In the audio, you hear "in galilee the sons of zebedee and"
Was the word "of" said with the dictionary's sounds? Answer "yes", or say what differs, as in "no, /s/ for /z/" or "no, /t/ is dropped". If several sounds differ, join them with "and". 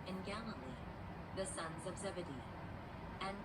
yes